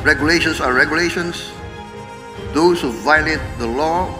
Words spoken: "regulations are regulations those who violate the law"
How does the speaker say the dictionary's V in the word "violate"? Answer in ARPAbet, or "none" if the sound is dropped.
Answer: V